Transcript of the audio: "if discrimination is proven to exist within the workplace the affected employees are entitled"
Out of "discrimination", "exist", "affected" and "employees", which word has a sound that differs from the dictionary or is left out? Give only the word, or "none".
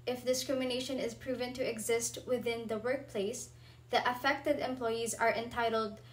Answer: none